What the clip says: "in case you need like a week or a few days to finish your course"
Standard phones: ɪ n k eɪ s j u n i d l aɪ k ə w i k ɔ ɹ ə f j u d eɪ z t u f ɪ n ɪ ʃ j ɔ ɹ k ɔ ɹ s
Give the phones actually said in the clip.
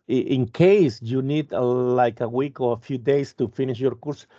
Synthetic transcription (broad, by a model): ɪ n k eɪ s j u n i d l aɪ k ə w i k ɔ ɹ ə f j u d eɪ s t u f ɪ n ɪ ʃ j ɔ ɹ k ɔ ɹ s